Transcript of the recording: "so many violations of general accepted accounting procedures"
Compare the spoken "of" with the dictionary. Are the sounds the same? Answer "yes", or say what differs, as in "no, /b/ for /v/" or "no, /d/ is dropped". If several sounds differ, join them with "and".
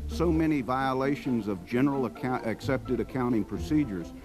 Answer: yes